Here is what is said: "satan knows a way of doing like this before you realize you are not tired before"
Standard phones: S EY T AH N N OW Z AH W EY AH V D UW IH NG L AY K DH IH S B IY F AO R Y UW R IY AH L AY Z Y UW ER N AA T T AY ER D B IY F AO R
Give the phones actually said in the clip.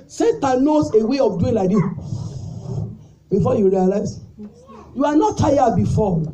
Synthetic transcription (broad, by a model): S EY T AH N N OW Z AH W EY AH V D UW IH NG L AY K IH B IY F AO Y UW R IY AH L AY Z Y UW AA N AA T T AY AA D B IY F AO